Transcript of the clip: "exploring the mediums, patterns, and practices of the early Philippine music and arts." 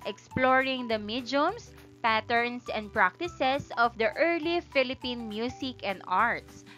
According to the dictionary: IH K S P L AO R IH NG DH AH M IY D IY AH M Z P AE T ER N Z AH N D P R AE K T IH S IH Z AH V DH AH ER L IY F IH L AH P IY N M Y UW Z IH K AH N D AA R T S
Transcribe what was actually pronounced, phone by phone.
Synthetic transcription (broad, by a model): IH K S P L AO R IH NG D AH M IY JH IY M S P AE T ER N S AH N D P R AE K T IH S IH S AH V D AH ER L IY F IH L AH P IY N M Y UW S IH K AH N D AA R T S